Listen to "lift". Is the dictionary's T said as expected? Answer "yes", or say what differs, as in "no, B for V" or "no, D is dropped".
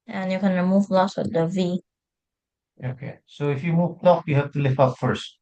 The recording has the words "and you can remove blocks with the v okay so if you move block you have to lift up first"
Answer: no, T is dropped